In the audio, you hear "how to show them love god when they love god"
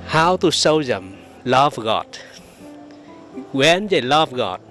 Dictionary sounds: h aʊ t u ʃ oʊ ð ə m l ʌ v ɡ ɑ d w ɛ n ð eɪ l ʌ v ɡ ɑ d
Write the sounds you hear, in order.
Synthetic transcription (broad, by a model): h aʊ t u s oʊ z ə m l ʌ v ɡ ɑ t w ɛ n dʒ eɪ l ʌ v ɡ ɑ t